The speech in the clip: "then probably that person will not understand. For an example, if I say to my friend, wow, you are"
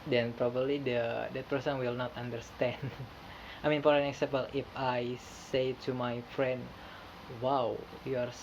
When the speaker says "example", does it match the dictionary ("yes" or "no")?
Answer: no